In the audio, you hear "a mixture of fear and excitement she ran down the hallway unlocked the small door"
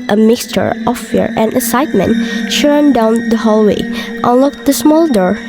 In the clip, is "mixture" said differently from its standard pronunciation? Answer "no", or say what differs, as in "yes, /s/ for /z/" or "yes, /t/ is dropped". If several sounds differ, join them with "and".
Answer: no